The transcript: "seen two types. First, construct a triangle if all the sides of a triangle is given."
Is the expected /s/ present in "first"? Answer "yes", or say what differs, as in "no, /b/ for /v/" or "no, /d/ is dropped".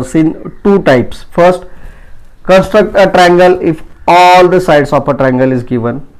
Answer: yes